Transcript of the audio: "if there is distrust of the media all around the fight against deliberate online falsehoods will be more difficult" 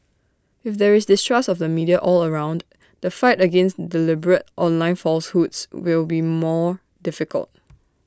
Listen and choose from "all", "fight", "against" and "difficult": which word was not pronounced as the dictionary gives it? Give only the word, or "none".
none